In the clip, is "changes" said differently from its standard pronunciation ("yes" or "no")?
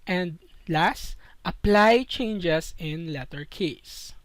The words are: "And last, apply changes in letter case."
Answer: yes